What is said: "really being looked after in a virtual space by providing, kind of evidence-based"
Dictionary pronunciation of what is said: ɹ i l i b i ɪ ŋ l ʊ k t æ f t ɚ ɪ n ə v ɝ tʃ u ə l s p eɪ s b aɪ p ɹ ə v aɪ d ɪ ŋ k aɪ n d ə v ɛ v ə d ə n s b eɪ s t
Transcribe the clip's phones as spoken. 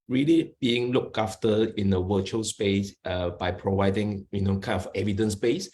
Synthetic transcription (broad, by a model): ɹ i l i b i ɪ ŋ l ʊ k ɑ f t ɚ ɪ n ə w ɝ tʃ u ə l s p eɪ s b aɪ p ɹ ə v aɪ d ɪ ŋ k aɪ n ə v ɛ v ə d ə n s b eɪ s